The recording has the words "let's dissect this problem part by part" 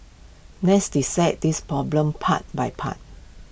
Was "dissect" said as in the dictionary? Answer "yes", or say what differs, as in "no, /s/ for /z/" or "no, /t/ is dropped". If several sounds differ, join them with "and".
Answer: no, /k/ is dropped